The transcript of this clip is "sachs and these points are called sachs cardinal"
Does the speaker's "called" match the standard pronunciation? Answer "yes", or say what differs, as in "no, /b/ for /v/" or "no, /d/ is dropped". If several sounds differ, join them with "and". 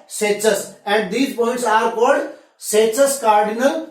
no, /l/ is dropped